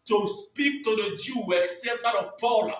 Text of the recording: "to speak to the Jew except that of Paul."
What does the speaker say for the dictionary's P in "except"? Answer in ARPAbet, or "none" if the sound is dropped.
none